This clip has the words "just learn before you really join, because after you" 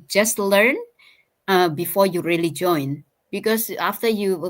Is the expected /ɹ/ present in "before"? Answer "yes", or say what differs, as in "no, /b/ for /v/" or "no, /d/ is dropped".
yes